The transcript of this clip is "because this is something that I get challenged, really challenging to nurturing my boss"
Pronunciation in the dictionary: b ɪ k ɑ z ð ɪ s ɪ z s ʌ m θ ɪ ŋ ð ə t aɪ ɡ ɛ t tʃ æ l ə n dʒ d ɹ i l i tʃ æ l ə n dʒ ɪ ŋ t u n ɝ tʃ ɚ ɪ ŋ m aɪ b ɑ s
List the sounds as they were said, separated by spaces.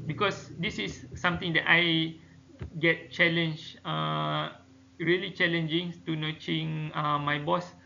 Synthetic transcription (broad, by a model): b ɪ k ɑ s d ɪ s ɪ s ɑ m t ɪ ŋ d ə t aɪ ɡ ɛ t tʃ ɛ l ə n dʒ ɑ ɹ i l i tʃ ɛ l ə n dʒ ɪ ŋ t u n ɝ tʃ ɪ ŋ m aɪ b ɑ s